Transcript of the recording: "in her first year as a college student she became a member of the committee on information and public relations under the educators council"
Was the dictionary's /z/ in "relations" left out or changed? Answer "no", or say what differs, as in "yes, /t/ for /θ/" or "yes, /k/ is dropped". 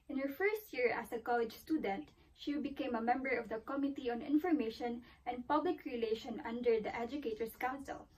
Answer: yes, /z/ is dropped